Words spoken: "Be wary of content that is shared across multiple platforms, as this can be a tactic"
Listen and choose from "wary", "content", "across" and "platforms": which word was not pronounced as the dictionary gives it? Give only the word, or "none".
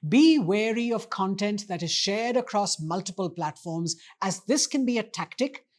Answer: none